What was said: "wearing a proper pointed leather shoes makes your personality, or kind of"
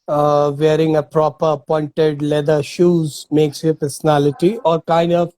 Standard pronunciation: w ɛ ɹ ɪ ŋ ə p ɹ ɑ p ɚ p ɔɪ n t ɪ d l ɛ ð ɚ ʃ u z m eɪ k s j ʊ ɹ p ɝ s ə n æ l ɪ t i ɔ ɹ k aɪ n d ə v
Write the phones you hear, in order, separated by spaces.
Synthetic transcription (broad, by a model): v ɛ ɹ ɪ ŋ ə p ɹ ɑ p ɚ p ɔɪ n t ɪ d l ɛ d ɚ ʃ u z m eɪ k s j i p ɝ s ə n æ l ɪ t i ɔ ɹ k aɪ n d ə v